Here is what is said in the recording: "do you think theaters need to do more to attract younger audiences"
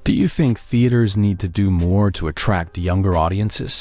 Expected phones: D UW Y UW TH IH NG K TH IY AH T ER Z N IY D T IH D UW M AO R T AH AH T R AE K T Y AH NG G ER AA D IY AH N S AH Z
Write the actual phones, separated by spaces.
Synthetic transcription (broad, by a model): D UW Y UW TH IH NG K TH IY AH T ER Z N IY D T IH D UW M AO R T AH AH T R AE K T Y AH NG G ER AA D IY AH N S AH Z